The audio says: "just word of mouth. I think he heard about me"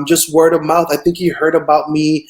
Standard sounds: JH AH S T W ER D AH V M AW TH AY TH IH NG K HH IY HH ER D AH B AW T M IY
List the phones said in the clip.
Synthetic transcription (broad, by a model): JH AH S T W ER D AH V M AW TH AY TH IH NG K HH IY HH ER D AH B AW T M IY